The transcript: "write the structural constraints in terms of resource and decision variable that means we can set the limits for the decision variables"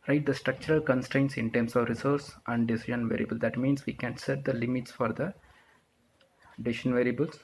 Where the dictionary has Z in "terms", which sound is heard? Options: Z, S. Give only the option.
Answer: S